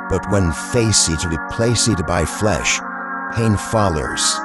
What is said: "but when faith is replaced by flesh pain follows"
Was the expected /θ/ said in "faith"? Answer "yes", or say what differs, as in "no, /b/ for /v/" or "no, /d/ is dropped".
no, /s/ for /θ/